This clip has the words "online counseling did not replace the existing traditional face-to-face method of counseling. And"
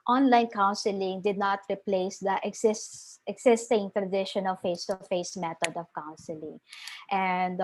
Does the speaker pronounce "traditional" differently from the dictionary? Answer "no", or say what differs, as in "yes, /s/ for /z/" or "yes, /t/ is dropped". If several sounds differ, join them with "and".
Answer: no